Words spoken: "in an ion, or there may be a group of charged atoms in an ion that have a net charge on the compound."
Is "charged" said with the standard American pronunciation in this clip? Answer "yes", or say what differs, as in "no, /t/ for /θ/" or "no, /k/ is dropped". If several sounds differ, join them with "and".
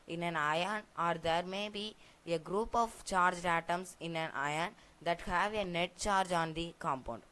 yes